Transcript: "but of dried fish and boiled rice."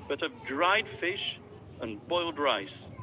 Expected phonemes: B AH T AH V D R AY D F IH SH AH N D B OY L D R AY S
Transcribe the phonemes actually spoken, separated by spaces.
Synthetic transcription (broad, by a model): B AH T AH V D R AY D F IH SH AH N B OY L D R AY S